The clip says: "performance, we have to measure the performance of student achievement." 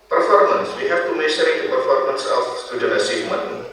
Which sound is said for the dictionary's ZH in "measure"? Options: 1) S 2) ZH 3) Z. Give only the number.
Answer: 1